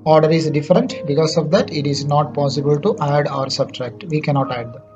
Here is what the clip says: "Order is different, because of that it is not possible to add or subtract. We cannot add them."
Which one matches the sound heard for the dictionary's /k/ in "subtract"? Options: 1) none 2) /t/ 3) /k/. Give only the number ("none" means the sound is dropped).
3